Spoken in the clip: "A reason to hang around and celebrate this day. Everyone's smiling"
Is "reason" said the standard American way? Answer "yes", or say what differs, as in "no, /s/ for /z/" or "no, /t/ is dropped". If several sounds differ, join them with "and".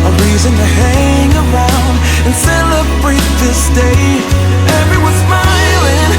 yes